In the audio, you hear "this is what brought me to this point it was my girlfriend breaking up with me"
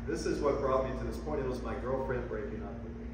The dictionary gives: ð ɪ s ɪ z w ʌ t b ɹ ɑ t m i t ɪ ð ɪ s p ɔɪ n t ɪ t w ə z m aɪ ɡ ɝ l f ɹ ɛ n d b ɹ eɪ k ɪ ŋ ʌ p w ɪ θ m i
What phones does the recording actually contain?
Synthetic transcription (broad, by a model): ð ɪ s ɪ z w ʌ t b ɹ ɑ t m i t ɪ ð ɪ s p ɔɪ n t ɪ t w ə z m aɪ ɡ ɝ l f ɹ ɛ n d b ɹ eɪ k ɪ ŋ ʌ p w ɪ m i